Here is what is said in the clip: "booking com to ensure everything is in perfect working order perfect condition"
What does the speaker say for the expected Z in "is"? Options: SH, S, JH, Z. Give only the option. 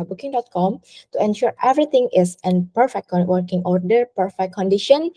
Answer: S